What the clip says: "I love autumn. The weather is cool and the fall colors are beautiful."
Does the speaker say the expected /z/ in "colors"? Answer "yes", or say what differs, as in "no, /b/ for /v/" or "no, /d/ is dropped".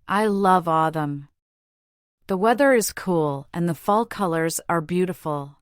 yes